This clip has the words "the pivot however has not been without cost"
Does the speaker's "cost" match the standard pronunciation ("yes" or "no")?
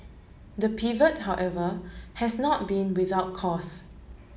no